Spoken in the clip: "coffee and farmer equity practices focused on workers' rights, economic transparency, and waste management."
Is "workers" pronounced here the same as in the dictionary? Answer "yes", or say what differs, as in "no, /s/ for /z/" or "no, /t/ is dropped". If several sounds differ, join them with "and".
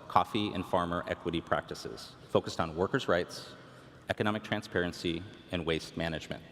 yes